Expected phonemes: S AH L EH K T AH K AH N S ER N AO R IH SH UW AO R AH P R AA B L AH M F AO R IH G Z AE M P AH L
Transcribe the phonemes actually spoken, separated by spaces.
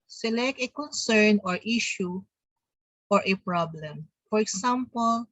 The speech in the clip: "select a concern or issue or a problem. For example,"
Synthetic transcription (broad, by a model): S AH L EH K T AH K AH N S ER N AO R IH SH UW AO R AH P R AA B L AH M F AO R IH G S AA M P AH L